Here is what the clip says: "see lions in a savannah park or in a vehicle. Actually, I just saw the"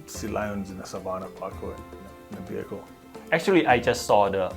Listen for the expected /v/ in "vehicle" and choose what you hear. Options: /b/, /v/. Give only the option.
/b/